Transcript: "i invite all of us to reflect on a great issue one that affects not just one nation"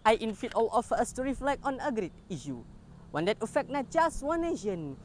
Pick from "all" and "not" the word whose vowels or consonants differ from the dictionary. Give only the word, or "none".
none